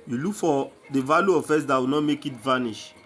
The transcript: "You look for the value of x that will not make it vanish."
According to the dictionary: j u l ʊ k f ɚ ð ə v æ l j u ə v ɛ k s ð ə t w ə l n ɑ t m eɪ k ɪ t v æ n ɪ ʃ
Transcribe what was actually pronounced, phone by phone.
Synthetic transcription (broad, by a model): j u l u k f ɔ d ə v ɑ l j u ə f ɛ s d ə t w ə n ɑ t m eɪ k ɪ t v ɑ n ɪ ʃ